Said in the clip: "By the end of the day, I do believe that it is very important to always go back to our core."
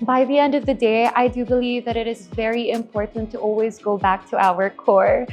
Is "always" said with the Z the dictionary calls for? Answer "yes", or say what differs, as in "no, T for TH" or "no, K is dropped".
yes